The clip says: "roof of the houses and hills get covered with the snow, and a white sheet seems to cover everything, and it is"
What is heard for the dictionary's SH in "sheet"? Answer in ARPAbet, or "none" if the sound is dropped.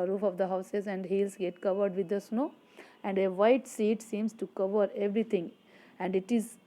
S